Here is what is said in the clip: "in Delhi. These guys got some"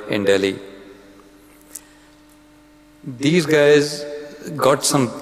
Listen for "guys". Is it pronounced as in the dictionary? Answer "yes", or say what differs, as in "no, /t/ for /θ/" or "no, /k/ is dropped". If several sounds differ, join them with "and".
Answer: yes